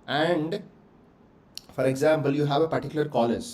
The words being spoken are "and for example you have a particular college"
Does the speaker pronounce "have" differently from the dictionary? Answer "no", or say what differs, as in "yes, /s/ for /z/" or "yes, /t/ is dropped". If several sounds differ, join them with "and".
no